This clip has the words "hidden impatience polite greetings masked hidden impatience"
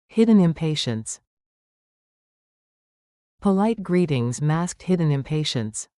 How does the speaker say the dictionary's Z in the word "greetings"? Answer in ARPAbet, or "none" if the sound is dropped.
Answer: Z